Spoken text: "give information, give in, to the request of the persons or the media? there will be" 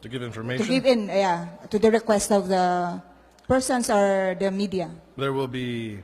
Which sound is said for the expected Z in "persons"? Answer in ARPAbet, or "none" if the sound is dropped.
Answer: S